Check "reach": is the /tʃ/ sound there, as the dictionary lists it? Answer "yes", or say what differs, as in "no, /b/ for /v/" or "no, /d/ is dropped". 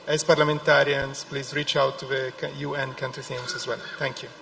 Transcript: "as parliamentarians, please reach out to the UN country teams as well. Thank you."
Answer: yes